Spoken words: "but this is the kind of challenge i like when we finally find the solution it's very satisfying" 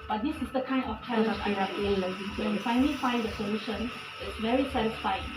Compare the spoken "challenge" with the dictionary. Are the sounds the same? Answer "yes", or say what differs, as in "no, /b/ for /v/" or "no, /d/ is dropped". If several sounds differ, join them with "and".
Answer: no, /l/ is dropped